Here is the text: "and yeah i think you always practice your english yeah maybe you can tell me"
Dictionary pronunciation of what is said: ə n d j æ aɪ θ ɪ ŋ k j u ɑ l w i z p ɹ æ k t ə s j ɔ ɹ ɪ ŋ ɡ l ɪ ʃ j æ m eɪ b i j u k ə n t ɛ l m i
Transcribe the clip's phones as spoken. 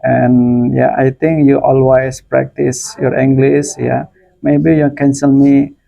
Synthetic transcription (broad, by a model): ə n j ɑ aɪ t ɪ ŋ k j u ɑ l w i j p ɹ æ k t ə s j ɔ ɹ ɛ ŋ ɡ l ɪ s j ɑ m eɪ b i j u k ə n s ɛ l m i